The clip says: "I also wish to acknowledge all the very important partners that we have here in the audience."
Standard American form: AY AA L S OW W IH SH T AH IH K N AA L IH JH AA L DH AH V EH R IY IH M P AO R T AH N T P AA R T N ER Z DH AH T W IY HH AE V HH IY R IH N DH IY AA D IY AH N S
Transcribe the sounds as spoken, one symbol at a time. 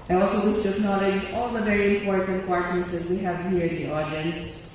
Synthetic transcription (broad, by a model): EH AA L S OW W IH S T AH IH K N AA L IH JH AA L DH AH V EH R IY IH M P AO R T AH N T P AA R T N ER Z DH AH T W IY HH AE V HH IY R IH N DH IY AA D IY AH N S